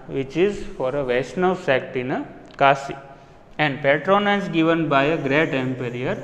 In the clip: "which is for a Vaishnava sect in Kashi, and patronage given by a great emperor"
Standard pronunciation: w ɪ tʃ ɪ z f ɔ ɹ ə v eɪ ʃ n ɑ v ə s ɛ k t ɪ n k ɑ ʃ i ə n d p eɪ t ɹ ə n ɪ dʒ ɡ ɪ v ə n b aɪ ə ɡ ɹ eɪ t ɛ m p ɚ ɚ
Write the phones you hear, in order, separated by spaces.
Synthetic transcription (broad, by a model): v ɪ tʃ ɪ z f ɔ ɹ ə v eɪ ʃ n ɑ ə s ɛ k t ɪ n k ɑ s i ə n d p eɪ t ɹ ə n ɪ z ɡ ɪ v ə n b aɪ ə ɡ ɹ eɪ t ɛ m p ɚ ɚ